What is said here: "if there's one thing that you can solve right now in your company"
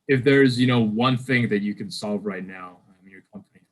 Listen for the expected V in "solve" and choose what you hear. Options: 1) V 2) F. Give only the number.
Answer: 1